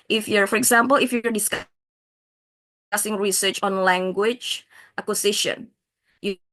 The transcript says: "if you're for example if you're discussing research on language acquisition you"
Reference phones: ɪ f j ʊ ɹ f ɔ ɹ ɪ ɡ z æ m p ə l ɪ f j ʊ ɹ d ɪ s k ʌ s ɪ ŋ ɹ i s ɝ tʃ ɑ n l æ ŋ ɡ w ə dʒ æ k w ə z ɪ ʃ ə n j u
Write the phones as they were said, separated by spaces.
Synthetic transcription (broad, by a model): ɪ f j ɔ ɹ f ɔ ɹ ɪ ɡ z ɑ m p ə l ɪ f j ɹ d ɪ s k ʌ s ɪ ŋ ɹ i s ɝ tʃ ɑ n l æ ŋ ɡ w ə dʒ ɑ k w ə s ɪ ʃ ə n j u